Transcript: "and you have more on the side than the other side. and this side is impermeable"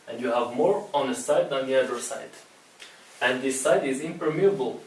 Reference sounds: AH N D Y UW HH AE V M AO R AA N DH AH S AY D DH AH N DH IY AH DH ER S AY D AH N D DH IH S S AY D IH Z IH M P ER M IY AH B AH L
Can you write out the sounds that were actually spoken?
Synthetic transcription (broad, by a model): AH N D Y UW HH AE V M AO R AA N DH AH S AY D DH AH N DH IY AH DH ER S AY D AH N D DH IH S S AY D IH Z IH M P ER M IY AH B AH L